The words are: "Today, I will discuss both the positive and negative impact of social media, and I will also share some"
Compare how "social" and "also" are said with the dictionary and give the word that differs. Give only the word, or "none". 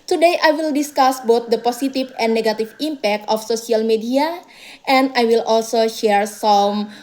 social